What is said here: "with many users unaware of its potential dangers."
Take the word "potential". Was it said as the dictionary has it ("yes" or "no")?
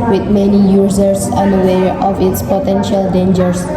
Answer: yes